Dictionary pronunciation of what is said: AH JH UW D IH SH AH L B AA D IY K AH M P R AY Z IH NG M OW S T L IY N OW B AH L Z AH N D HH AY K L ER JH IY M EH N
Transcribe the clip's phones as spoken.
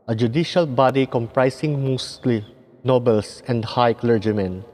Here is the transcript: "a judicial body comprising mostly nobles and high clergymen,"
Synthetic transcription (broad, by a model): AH JH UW D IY SH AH L B AA D IY K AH M P R AY S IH NG M OW S T L IY N OW B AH L S AH N D HH AY K L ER JH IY M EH N